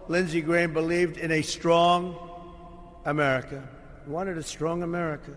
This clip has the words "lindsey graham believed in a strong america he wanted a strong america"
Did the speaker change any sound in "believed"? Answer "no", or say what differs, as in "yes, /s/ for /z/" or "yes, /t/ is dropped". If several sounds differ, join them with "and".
no